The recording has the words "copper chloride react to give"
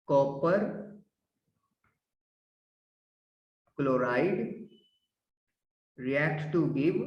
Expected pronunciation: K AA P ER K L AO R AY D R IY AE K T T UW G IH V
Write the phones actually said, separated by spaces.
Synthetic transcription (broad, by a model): K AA P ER K L AO R AY D R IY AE K T T UW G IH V